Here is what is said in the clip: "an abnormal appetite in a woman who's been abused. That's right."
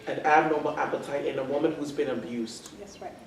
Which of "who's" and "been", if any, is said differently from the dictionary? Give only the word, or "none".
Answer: none